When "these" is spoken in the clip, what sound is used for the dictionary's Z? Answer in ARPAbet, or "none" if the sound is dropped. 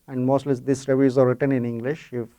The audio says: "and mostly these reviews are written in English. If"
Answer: S